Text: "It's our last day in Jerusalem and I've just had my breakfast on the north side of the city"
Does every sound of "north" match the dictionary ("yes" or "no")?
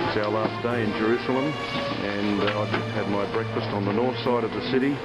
yes